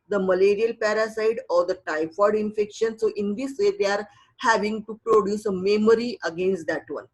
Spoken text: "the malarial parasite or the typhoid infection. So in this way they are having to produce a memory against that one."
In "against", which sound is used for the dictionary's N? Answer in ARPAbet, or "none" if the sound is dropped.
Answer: N